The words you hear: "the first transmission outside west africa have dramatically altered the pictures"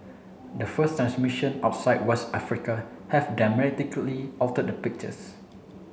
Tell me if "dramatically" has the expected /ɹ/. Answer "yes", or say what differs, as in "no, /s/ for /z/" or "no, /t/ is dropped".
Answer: no, /ɹ/ is dropped